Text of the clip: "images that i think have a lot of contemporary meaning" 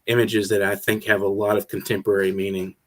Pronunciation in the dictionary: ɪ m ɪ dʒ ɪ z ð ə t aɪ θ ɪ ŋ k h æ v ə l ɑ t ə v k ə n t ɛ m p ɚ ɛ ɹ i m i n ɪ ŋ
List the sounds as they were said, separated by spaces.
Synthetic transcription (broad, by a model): ɪ m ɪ dʒ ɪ z ð ə t aɪ θ ɪ ŋ k h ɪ v ə l ɑ t ə v k n t ɛ m p ɚ ɛ ɹ i m i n ɪ ŋ